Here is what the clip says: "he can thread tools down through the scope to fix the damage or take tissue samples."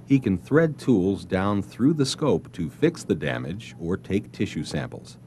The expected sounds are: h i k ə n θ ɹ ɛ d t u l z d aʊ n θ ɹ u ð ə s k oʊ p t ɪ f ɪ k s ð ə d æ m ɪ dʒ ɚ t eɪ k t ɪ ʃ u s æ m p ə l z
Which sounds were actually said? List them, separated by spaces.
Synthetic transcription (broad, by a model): h i k ə n θ ɹ ɛ d t u l z d aʊ n θ ɹ u ð ə s k oʊ p t ɪ f ɪ k s ð ə d æ m ɪ dʒ ɚ t eɪ k t ɪ ʃ u s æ m p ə l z